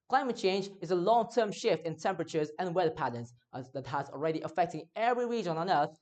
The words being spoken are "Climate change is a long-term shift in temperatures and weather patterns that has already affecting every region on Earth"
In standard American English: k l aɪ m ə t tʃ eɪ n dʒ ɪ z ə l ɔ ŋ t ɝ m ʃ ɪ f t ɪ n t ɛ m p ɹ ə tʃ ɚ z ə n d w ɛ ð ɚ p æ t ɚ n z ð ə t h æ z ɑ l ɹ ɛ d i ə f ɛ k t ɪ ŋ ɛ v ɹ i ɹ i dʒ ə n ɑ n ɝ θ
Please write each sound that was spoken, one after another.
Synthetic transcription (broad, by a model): k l aɪ m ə t tʃ eɪ n dʒ ɪ z ə l ɔ ŋ t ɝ m ʃ ɪ f t ɪ n t ɛ m p ɹ ə tʃ ɚ z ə n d w ɛ ð ɚ p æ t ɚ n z ð ə t h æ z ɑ l ɹ ɛ d i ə f ɛ k t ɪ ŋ ɛ v ɹ i ɹ i dʒ ə n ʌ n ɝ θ